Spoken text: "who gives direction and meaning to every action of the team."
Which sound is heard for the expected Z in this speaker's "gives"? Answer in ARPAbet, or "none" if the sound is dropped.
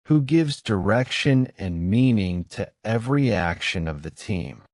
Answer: Z